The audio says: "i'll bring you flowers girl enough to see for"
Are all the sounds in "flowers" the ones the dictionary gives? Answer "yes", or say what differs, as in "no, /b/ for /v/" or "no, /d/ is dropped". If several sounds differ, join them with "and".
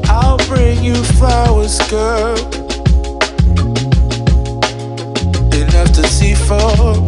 no, /l/ is dropped